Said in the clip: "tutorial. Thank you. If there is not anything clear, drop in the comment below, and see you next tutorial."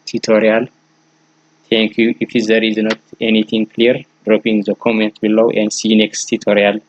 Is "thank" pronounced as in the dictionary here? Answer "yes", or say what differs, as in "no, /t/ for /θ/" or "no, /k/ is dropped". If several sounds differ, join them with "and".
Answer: no, /t/ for /θ/